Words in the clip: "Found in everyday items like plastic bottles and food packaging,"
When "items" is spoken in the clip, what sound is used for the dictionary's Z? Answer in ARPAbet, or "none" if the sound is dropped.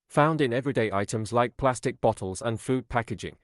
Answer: Z